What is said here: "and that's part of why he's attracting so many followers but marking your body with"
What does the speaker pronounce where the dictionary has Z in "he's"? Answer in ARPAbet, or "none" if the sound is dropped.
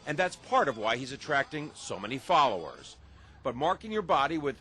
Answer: Z